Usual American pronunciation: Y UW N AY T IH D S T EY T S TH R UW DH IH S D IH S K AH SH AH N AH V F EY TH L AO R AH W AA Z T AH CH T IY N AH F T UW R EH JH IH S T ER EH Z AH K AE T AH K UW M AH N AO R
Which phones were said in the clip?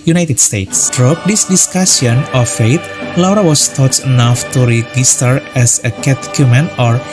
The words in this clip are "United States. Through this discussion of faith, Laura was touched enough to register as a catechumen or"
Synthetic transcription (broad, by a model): Y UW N AY T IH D S T EY T S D R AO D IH S D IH S K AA S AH N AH F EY T L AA R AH W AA S T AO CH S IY N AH F T UW R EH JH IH S T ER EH S AH K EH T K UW M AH N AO R